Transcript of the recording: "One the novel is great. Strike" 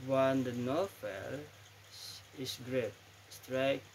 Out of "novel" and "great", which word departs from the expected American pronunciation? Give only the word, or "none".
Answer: novel